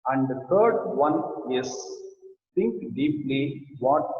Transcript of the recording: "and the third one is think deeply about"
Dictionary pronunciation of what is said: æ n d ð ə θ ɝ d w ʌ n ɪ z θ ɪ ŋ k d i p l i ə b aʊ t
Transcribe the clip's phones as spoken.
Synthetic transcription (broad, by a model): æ n d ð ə t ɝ d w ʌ n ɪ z t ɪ ŋ k d i p l i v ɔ t